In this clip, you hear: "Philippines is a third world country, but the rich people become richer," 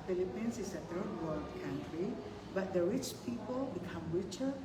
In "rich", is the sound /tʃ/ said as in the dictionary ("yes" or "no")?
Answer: yes